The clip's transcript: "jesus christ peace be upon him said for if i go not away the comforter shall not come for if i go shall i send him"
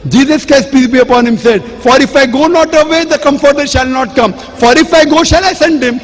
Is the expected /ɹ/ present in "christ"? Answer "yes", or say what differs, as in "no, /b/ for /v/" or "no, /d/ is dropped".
no, /ɹ/ is dropped